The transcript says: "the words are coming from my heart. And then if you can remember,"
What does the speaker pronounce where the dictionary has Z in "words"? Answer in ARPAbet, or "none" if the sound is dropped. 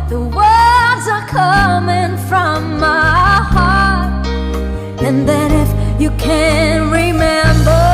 Z